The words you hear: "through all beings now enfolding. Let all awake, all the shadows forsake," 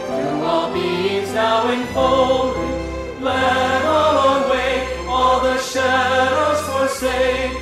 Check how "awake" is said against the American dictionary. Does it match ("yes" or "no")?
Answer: no